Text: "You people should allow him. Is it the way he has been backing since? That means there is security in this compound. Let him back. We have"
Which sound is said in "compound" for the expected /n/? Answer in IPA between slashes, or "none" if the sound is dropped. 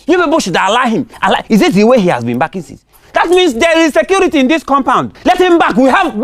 /n/